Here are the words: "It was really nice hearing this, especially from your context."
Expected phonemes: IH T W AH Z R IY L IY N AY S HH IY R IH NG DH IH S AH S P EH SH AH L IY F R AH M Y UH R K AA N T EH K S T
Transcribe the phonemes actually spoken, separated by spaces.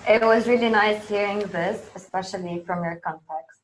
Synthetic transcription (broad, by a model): IH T W AH Z R IY L IY N AY S HH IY R IH NG DH IH S AH S P EH SH AH L IY F R AH M Y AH R K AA N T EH K S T